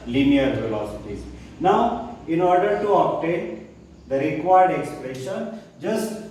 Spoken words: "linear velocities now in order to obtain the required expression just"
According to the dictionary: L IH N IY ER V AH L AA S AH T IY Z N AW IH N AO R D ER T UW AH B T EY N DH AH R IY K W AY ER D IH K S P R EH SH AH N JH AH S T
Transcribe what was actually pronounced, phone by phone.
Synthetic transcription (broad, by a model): L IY N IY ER F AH L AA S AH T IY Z N AW IH N AO R D ER T UW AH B T EY N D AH R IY K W AY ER D IH K S P R EH SH AH N JH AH S T